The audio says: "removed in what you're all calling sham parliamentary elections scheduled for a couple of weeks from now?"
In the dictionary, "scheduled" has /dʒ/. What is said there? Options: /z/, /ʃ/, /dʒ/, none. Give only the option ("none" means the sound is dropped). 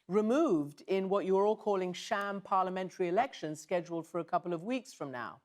/dʒ/